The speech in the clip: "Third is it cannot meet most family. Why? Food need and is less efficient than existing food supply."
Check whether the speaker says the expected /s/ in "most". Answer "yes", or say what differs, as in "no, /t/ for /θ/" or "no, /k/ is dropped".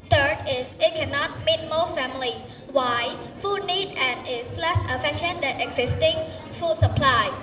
no, /s/ is dropped